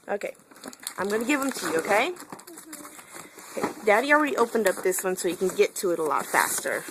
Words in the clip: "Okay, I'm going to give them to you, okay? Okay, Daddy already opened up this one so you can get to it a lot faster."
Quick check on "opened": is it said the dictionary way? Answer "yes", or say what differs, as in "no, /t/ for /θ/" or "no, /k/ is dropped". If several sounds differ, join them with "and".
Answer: yes